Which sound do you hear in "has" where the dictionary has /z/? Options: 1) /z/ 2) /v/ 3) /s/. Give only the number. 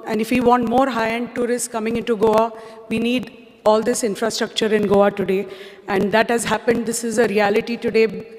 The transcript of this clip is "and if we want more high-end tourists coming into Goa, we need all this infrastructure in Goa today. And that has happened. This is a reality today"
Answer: 1